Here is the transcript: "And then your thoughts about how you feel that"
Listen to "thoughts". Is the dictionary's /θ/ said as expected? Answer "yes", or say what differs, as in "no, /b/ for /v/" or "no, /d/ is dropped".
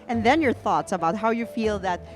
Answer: yes